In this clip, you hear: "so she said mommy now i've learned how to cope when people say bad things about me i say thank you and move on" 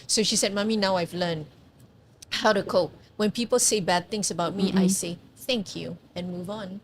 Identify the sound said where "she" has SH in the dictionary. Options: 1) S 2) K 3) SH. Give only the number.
3